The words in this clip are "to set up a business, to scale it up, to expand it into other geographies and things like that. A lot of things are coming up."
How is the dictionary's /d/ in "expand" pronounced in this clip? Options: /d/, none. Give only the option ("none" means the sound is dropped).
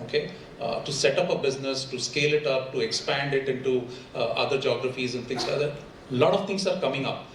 /d/